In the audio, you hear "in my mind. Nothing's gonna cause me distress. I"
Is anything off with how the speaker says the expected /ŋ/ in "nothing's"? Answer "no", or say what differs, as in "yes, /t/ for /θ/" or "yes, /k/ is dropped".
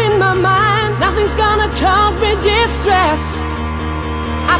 no